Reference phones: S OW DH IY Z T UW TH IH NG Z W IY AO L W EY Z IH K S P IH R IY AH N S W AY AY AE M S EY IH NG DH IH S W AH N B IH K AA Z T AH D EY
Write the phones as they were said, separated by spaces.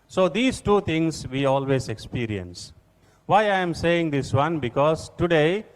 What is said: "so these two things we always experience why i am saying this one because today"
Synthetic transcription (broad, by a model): S OW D IY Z T UW T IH NG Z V IY AO L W EY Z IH K S P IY R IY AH N S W AY AY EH M S EY IH NG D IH S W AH N B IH K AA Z T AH D EY